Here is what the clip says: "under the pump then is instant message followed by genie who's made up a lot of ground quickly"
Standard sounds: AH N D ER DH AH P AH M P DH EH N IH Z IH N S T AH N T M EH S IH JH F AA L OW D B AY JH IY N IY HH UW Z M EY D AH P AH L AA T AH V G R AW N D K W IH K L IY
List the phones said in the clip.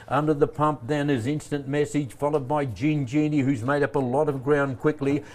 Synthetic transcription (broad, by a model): AH N D ER DH AH P AH M P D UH N IH Z IH N S T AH N M EH S IH JH F AA L OW D B AY JH IY N IY HH UW Z M EY D AH P AH L AA T AH V G R AW N K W IH K L IY